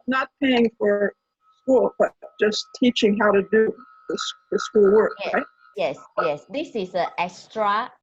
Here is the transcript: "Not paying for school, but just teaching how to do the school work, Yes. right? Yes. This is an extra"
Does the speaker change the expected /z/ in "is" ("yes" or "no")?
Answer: yes